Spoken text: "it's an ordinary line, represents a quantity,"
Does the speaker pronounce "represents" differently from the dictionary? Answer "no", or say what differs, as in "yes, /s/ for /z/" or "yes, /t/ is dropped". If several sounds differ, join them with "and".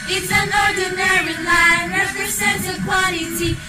yes, /s/ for /z/